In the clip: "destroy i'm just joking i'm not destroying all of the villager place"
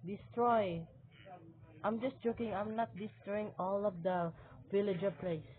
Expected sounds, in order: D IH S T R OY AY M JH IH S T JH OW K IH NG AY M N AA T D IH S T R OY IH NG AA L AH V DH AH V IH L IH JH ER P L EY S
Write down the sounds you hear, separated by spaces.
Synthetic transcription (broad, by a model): D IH S T R OY AY M JH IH S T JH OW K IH NG AY M N AA T D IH S T R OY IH NG AA L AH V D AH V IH L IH JH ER P L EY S